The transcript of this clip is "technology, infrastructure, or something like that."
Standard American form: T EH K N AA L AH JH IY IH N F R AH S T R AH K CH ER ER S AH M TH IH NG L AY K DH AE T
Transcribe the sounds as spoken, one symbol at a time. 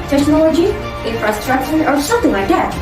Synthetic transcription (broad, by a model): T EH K N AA L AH JH IY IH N F R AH S T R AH K SH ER ER S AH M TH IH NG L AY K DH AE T